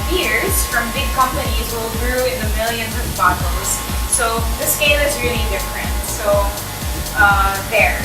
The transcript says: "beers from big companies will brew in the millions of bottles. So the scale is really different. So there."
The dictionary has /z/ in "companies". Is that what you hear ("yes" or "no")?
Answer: yes